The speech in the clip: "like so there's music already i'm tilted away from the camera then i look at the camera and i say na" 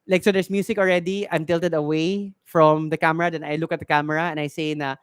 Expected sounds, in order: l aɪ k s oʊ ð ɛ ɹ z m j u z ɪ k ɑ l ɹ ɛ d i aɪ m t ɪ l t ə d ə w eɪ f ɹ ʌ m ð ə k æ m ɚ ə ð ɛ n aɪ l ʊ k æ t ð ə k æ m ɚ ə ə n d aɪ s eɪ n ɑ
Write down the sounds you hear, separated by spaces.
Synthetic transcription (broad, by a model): l aɪ k s oʊ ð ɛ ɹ s m j u s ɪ k ɑ l ɹ ɛ d i aɪ m t ɪ l t ə d ə w eɪ f ɹ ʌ m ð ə k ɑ m ɚ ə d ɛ n aɪ l ʊ k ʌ t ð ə k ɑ m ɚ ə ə n aɪ s eɪ n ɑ